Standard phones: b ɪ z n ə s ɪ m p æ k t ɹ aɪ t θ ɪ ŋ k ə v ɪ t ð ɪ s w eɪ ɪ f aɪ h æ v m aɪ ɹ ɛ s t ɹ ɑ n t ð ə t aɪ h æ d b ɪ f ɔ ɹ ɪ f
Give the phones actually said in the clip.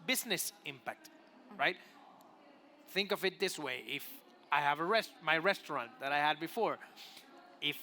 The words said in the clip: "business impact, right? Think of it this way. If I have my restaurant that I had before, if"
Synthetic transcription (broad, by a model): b ɪ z n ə s ɪ m p æ k t ɹ aɪ t θ ɪ ŋ k ə v ɪ t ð ɪ s w eɪ ɪ f aɪ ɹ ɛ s m aɪ ɹ ɛ s t ɹ ɑ n t ð ə t aɪ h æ d b ɪ f ɔ ɹ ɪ f